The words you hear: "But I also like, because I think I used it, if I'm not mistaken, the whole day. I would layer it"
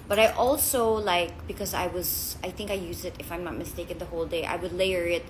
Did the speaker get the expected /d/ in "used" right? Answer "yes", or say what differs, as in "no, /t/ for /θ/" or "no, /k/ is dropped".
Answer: no, /d/ is dropped